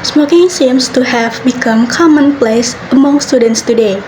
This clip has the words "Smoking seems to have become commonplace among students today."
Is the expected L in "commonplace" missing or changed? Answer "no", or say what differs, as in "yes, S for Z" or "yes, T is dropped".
no